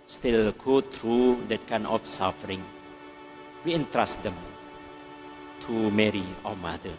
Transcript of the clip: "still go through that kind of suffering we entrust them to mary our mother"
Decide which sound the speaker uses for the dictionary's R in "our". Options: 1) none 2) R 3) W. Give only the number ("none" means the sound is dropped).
3